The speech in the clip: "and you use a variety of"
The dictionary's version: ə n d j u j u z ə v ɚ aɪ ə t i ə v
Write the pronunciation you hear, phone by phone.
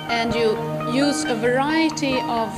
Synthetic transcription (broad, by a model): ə n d j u j u z ə v ɚ aɪ ə t i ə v